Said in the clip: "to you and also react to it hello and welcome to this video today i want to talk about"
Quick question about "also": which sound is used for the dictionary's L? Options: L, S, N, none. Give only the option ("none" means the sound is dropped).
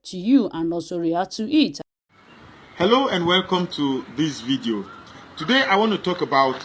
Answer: none